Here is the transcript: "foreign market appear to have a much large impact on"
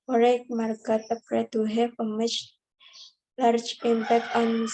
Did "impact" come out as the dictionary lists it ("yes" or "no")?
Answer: no